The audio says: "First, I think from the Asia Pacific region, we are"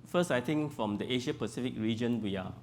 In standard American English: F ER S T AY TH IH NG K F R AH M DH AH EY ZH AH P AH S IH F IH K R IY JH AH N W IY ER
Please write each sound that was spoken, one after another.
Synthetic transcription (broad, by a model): F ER S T AY T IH NG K F R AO M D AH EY SH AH P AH S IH F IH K R IY JH AH N W IY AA